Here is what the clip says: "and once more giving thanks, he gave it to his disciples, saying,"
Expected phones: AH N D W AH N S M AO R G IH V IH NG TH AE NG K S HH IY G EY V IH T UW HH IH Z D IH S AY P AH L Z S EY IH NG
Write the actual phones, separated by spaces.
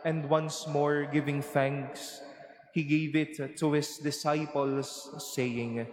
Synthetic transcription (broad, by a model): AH N D W AH N S M AO R G IH V IH NG TH AE NG K S HH IY G EY V IH T UW HH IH S D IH S AY P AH L S EY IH NG